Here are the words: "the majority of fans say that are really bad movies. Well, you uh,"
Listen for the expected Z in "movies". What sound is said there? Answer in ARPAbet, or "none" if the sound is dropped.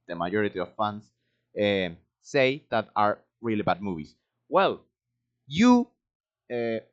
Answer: S